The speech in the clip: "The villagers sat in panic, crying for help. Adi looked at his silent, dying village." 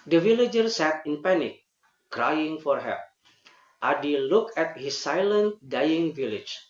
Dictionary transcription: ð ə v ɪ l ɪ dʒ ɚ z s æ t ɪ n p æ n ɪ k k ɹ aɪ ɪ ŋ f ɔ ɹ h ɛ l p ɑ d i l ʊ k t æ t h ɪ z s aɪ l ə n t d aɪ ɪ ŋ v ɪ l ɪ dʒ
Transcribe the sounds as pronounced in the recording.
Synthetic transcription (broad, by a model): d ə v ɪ l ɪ dʒ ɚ s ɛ t ɪ n p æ n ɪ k k ɹ aɪ ɪ ŋ f ɔ ɹ h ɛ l ɑ d i l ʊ k æ t h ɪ s aɪ l ə n t d aɪ ɪ ŋ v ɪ l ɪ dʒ